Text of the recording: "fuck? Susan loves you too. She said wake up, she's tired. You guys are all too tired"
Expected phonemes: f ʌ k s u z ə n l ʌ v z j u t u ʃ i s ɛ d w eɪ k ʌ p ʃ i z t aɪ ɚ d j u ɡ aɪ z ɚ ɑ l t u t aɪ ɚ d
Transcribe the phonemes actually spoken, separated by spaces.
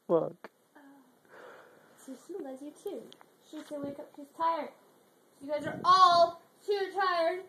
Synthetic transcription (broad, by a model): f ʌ k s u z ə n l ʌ z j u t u ʃ i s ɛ w eɪ k ʌ p ʃ i z t aɪ ɚ d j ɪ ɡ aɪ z ɚ ɑ l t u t aɪ ɚ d